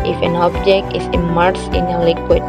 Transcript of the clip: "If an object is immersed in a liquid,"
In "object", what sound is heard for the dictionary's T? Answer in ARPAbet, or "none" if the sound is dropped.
T